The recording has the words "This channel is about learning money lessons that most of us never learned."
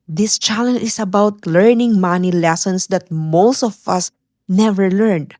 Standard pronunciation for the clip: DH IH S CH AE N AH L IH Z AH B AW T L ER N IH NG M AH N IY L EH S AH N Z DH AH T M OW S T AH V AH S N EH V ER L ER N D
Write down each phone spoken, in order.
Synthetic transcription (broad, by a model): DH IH S CH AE L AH N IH S AH B AW T L ER N IH NG M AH N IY L EH S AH N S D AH T M OW S T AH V AH S N EH V ER L ER N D